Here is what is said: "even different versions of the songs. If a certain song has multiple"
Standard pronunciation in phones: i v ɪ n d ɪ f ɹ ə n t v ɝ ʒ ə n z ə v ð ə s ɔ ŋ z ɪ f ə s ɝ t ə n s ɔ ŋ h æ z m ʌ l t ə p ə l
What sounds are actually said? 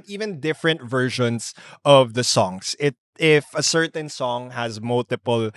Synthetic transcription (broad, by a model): i v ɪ n d ɪ f ɹ ə n t v ɝ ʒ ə n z ə v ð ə s ɔ ŋ s ɪ f ə s ɝ t ə n s ɔ ŋ h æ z m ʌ l t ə p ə l